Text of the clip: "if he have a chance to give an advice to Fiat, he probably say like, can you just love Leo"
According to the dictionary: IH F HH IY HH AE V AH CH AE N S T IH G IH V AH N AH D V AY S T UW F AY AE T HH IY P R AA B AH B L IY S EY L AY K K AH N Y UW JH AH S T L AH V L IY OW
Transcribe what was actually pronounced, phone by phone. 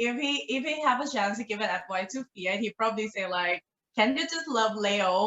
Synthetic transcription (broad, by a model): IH F HH IY HH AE V AH CH AE N S T IH G IH V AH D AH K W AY T UW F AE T HH IY P R AA B AH B L IY S EY L AY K K AH N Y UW JH AH S T L AH V L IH OW